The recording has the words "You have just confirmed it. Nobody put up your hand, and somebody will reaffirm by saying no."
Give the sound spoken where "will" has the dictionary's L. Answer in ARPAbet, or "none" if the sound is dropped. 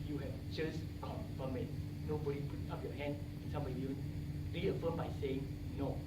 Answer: N